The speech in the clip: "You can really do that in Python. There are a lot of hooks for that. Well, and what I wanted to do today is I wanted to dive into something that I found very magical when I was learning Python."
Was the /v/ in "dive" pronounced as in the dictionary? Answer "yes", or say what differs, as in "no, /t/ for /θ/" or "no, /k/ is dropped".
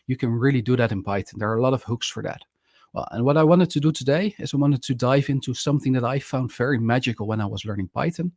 yes